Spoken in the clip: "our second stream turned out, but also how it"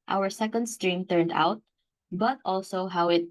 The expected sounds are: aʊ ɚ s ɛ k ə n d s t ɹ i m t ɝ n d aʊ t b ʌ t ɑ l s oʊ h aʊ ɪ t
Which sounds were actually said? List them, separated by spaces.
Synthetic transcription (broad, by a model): aʊ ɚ s ɛ k ə n d s t ɹ i m t ɝ n d aʊ t b ʌ t ɑ l s oʊ h aʊ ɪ t